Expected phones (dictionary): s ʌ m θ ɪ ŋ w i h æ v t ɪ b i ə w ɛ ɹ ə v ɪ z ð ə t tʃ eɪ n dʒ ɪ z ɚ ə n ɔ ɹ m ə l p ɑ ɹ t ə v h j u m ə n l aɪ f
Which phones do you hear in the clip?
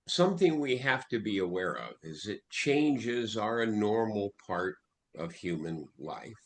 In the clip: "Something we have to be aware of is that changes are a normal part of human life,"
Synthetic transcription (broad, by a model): s ʌ m θ ɪ ŋ w i h æ f t ɪ b i ə w ɛ ɹ ə v ɪ z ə t tʃ eɪ n dʒ ɪ z ɚ ə n ɔ ɹ m l p ɑ ɹ t ə v h j u m ə n l aɪ f